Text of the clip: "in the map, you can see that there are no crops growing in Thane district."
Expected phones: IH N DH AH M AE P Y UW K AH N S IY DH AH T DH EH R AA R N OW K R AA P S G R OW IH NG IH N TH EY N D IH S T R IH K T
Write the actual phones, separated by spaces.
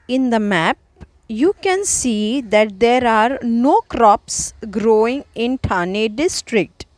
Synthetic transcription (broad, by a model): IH N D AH M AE P Y UW K AH N S IY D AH T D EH R AA R N OW K R AA P S G R OW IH NG IH N T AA N D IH S T R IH K T